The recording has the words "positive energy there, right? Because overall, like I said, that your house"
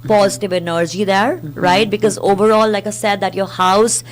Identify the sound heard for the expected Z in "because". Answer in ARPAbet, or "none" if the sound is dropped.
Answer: Z